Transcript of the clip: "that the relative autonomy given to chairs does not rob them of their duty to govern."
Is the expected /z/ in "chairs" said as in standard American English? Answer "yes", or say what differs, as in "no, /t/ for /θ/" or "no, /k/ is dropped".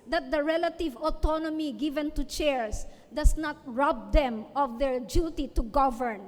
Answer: no, /s/ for /z/